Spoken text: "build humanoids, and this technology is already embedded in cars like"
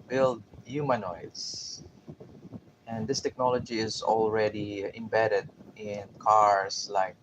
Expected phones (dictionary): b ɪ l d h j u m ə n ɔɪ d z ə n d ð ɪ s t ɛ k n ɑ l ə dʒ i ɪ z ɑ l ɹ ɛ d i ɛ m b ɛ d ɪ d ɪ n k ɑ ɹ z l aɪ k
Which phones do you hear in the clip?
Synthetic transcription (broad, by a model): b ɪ l d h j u m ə n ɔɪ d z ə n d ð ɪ s t ɛ k n ɑ l ə dʒ i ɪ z ɑ l ɹ ɛ d i ɛ m b ɛ d ɪ d ɪ n k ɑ ɹ s l aɪ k